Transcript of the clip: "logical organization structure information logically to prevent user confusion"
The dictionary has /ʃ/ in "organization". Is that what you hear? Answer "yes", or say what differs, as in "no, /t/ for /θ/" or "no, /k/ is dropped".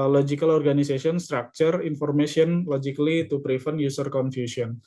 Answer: no, /s/ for /ʃ/